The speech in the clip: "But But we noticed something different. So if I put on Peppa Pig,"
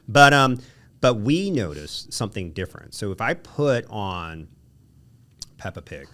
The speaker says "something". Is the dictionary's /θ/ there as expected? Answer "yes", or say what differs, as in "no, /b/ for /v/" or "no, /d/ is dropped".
yes